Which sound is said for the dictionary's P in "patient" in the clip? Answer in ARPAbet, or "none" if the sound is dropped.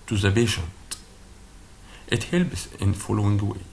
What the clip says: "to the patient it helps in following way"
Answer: B